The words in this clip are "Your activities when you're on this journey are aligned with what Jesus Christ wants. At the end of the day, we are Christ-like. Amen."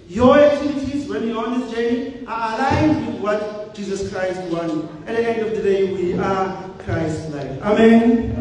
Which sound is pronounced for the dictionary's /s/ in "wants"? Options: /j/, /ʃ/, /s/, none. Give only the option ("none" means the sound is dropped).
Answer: none